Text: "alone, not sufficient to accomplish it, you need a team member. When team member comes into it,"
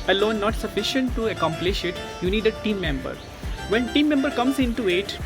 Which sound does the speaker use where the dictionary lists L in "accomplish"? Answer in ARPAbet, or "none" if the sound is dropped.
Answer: L